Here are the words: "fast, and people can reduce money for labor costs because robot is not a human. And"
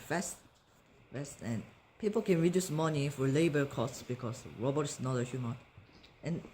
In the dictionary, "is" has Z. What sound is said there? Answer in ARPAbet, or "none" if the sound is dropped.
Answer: S